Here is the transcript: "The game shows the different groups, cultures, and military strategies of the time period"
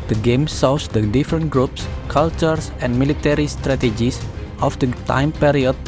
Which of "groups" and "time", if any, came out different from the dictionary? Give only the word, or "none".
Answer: none